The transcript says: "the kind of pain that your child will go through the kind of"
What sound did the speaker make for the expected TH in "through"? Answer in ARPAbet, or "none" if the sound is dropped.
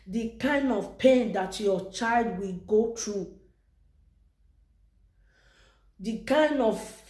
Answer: T